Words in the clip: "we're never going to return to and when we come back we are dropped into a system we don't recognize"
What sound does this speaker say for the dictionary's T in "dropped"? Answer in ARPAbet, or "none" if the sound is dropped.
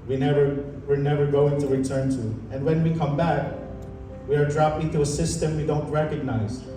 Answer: none